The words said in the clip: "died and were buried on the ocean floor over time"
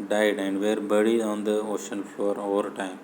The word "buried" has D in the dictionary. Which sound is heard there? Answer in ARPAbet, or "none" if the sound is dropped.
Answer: none